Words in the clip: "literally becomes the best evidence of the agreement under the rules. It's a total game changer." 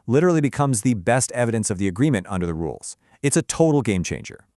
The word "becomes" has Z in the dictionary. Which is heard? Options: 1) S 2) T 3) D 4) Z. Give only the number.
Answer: 4